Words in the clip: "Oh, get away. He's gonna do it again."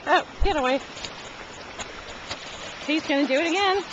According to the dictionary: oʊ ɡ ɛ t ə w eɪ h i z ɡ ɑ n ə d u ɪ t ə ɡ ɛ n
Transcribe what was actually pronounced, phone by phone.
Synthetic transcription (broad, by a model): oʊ ɡ ɛ t ə w eɪ h i z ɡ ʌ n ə d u ɪ t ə ɡ ɛ n